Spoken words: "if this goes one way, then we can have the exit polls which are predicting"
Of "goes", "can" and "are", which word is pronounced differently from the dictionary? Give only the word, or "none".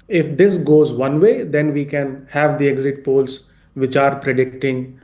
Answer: none